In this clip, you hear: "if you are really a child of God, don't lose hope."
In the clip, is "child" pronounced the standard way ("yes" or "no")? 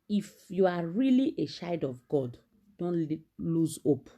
no